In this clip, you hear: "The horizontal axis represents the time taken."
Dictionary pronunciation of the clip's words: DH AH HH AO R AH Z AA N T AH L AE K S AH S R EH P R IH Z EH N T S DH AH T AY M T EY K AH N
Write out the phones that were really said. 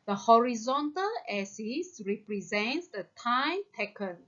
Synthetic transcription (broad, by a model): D AH HH AO R AH Z AA N T AH L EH S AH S R EH P R IH Z EH N T S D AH T AY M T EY K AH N